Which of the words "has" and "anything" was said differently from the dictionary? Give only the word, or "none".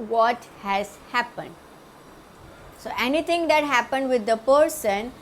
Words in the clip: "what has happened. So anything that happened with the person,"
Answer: anything